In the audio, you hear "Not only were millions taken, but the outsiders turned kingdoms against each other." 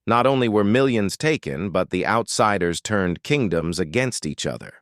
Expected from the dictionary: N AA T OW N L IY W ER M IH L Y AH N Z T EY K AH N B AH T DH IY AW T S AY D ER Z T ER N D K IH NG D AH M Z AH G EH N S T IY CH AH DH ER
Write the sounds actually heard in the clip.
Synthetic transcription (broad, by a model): N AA T OW N L IY W ER M IH L Y AH N Z T EY K AH N B AH T DH IY AW T S AY D ER Z T ER N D K IH NG D AH M Z AH G EH N S T IY CH AH DH ER